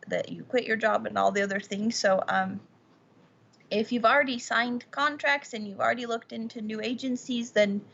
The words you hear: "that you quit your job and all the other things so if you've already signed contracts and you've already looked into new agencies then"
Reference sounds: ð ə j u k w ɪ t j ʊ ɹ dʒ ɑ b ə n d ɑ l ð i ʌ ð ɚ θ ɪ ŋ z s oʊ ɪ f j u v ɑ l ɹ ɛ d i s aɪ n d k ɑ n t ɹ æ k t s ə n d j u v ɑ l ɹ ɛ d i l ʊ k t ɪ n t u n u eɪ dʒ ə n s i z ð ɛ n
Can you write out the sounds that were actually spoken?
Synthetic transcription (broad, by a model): ð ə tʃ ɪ k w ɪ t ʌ ɹ dʒ ɑ b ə n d ɑ l ð i ʌ ð ɚ θ ɪ ŋ z s oʊ ɪ f j u v l ɹ ɛ d i s aɪ n d k ɑ n t ɹ æ k t s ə n j u v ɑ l ɹ ɛ d i l ʊ k t ɪ n t u n u eɪ dʒ ə n s i z ð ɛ n